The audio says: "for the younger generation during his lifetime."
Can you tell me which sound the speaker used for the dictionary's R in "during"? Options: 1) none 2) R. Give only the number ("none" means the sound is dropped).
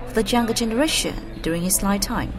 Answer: 2